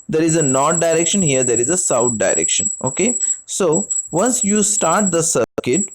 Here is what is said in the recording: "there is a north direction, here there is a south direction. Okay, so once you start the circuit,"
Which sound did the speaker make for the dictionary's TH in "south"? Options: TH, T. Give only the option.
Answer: T